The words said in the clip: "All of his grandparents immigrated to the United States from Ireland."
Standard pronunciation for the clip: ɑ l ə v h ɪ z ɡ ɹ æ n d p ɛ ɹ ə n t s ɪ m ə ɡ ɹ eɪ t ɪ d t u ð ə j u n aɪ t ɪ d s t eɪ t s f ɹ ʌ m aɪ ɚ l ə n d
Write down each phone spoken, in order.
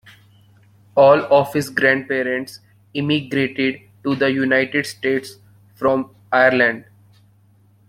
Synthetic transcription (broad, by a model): ɑ l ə f h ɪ s ɡ ɹ æ n d p ɛ ɹ ə n t s ɪ m ə ɡ ɹ eɪ t ɪ d t u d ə j u n aɪ t ɪ d s t eɪ t s f ɹ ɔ m aɪ ɚ l ə n d